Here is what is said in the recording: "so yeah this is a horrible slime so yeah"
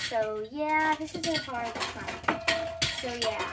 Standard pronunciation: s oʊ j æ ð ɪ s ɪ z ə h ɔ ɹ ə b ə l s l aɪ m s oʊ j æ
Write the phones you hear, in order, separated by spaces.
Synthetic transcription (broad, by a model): s oʊ j æ ð ɪ s ɪ z ə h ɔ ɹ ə ə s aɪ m s oʊ j æ